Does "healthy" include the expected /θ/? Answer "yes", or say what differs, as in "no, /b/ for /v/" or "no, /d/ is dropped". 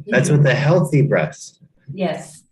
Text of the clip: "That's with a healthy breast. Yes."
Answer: yes